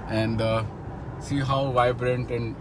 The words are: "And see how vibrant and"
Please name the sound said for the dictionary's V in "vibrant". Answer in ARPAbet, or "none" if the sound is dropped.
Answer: V